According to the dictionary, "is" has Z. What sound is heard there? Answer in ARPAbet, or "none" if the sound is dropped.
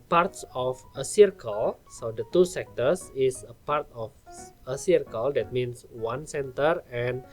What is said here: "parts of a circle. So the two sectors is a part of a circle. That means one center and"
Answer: S